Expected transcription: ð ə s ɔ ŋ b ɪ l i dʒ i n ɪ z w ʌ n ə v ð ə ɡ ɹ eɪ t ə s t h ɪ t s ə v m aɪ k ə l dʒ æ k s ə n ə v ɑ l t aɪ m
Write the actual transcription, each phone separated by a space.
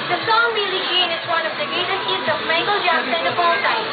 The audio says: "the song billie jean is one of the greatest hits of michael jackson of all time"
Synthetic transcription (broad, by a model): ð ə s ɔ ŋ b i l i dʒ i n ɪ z w ʌ n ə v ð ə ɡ eɪ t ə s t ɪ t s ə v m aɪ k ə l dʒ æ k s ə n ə f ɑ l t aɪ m